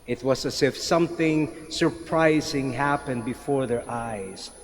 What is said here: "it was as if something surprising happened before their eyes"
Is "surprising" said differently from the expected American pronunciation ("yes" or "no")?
no